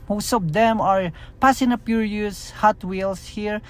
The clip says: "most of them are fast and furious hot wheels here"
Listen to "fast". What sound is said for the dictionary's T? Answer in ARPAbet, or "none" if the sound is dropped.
none